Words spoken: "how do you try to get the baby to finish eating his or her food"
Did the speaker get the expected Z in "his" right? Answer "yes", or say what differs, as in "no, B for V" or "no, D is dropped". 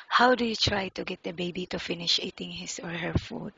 no, S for Z